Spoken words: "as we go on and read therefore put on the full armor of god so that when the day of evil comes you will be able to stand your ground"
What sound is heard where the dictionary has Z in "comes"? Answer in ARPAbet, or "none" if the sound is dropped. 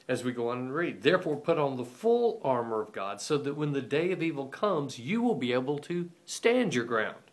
Z